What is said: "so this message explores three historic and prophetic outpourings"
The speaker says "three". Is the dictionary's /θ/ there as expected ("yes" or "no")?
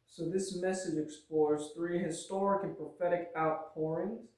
yes